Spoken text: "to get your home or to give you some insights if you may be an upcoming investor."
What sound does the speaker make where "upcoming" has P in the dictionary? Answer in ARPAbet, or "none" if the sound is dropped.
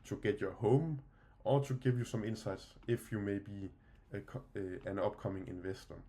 B